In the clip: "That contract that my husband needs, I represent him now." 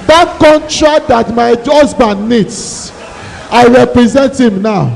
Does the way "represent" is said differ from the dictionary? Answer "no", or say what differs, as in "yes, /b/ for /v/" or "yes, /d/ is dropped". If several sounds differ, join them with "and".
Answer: no